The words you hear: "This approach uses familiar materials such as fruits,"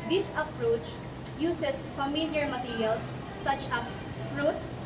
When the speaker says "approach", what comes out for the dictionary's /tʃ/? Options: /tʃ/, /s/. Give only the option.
/tʃ/